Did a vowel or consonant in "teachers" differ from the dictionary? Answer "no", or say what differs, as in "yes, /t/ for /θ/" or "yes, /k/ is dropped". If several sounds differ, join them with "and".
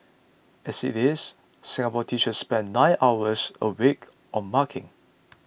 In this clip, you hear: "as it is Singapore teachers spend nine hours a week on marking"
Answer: yes, /ʃ/ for /tʃ/